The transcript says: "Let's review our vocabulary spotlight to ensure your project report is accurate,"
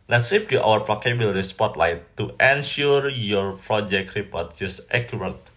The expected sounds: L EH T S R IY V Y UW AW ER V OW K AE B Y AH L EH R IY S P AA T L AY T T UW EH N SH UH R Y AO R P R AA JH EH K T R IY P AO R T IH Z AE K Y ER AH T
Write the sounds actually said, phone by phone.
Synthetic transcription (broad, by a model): L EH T S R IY P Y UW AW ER P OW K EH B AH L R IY S P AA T L AY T T UW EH N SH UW R Y AO R P R AA JH EH K T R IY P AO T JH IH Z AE K Y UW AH T